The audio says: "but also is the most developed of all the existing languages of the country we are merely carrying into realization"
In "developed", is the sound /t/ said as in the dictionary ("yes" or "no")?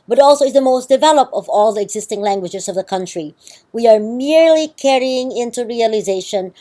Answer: yes